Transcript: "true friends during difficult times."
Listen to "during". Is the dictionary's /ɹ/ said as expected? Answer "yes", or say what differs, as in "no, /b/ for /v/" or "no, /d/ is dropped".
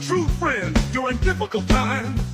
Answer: yes